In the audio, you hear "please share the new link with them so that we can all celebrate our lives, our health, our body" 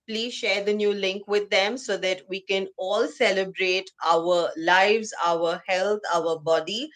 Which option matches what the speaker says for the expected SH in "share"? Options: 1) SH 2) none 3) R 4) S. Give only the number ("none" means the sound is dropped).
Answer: 1